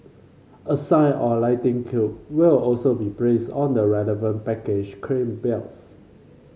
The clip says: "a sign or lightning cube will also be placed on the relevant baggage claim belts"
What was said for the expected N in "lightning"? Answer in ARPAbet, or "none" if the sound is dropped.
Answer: none